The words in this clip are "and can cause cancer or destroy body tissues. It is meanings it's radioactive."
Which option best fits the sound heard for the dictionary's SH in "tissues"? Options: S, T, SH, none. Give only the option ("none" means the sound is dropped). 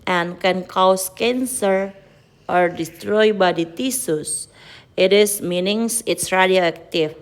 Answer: S